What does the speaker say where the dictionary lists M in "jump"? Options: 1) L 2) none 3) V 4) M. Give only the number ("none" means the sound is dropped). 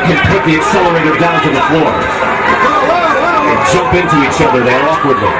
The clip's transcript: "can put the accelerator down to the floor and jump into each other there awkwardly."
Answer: 2